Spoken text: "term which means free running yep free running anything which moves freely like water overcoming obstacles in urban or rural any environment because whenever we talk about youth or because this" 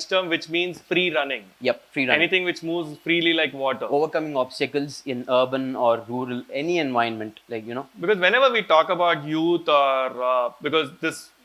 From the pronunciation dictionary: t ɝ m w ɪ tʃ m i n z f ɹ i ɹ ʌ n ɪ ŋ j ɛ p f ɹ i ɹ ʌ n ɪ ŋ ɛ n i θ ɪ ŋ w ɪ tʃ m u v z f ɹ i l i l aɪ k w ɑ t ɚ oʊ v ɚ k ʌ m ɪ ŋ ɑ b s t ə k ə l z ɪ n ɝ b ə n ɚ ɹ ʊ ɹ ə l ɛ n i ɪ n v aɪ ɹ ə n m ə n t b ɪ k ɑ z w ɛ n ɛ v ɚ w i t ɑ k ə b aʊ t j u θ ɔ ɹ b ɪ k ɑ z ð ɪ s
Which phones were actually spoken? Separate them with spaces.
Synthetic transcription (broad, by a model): t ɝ m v ɪ tʃ m i n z f ɹ i ɹ ʌ n ɪ ŋ j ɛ p f ɹ i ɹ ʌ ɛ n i t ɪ ŋ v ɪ tʃ m u v z f ɹ i l i l aɪ k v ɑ t ɚ oʊ v ɚ k ʌ m ɪ ŋ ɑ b s t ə k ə l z ɪ n ɝ b ə n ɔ ɹ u ɹ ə l ɛ n i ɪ n v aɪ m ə n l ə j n b ɪ k ɑ z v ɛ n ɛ v ɚ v i t ɑ k ə b aʊ t j u t ɔ ɹ b ɪ k ɑ z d ɪ s